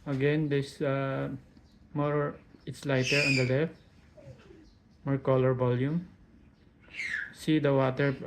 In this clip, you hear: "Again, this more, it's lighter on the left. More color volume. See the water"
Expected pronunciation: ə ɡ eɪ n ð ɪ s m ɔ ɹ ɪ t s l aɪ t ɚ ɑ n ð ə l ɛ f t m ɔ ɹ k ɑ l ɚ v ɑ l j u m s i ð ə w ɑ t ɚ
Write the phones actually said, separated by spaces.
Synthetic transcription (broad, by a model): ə ɡ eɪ n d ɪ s m ɔ ɹ ɪ t s l aɪ t ɚ ɑ n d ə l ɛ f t m ɔ ɹ k ɑ l ɚ b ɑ l j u m s i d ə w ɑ t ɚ